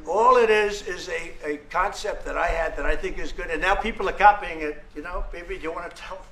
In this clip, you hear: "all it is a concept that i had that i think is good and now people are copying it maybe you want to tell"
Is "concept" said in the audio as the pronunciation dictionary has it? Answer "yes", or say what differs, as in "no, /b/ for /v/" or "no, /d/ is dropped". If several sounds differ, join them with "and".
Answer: yes